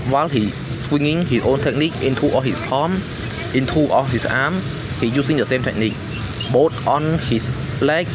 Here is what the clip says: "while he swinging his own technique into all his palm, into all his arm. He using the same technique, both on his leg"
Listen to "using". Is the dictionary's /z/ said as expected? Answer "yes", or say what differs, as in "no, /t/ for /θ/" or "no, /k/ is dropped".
no, /s/ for /z/